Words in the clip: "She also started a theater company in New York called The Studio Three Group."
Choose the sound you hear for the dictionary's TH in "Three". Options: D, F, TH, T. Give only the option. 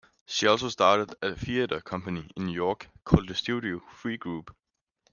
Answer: F